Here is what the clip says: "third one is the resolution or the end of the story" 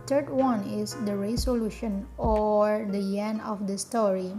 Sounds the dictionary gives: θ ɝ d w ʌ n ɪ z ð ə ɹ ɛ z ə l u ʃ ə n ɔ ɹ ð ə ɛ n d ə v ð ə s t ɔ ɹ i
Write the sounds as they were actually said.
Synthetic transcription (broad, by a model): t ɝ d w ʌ n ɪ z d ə ɹ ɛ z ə l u ʃ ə n ɔ ɹ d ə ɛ n ə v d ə s t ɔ ɹ i